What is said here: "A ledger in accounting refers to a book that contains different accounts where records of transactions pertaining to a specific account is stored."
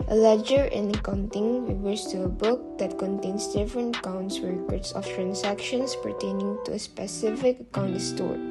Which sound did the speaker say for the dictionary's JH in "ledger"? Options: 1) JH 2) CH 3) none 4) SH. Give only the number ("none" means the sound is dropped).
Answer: 1